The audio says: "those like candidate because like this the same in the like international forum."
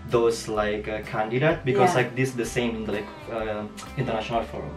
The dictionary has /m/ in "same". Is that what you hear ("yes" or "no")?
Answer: no